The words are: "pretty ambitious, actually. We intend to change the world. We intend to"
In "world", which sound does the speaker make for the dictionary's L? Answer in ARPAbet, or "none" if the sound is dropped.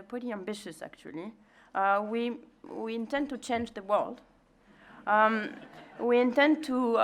L